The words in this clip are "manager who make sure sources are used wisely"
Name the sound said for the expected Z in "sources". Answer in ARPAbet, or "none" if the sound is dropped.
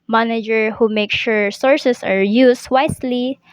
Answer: S